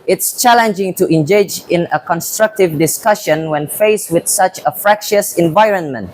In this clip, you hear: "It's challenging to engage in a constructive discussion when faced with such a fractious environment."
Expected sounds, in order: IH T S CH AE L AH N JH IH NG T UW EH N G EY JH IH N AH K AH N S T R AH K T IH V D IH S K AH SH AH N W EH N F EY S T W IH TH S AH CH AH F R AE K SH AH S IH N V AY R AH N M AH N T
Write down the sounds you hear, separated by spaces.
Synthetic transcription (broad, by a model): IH T S CH AE L AH N JH IH NG T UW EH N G EY JH IH N AH K AH N S T R AH K T IH V D IH S K AH SH AH N W EH N F EY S W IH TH S AH CH AH F R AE K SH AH S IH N V AY R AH N M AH N T